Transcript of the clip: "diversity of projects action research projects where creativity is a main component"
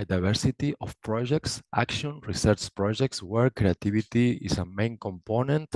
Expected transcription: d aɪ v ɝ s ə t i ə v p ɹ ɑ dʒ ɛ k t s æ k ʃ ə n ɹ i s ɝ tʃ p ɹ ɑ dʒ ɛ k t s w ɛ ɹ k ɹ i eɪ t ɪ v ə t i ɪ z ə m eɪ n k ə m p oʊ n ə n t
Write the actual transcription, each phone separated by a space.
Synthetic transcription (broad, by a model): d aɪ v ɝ s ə t i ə f p ɹ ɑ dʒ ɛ k t s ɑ k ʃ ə n ɹ i s ɝ tʃ p ɹ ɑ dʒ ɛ k t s w ɛ ɹ k ɹ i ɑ t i b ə t i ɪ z ə m eɪ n k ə m p oʊ n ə n t